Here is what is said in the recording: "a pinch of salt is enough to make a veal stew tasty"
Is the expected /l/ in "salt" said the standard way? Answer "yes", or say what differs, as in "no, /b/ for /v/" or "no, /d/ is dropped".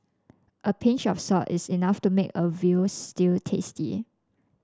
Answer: no, /l/ is dropped